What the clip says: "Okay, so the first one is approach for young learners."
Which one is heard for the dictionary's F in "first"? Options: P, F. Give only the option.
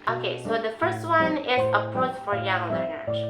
F